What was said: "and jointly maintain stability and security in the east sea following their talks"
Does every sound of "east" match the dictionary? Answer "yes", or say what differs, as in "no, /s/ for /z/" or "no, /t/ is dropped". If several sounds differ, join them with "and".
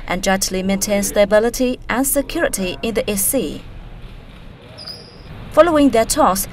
no, /s/ is dropped